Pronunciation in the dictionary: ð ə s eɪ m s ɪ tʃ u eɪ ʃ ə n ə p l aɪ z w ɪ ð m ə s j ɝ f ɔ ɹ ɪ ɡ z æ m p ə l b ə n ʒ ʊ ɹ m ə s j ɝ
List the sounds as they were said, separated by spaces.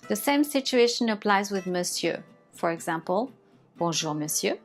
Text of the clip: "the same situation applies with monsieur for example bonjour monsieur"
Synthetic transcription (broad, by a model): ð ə s eɪ m s ɪ tʃ u eɪ ʃ ə n ə p l aɪ z w ɪ ð m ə s j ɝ f ɔ ɹ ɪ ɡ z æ m p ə l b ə ʒ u ɹ m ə s j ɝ